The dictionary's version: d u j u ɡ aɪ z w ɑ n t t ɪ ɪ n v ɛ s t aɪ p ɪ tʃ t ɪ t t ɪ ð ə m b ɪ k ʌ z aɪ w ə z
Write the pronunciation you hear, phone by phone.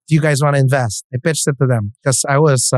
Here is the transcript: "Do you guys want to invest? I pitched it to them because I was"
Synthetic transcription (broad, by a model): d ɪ j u ɡ aɪ z w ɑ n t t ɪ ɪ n v ɛ s t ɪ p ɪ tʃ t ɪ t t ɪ ð ə m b k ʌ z aɪ w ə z